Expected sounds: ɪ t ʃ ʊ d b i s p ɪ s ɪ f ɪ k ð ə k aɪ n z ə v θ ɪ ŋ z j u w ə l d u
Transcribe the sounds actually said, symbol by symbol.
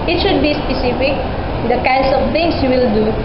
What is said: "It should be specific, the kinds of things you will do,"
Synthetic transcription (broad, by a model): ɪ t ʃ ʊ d b i s p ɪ s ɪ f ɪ k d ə k aɪ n s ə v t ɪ ŋ s j u w ə l d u